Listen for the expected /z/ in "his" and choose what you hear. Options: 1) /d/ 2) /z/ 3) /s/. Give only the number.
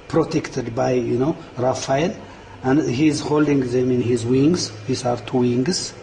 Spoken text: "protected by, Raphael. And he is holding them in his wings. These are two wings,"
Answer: 2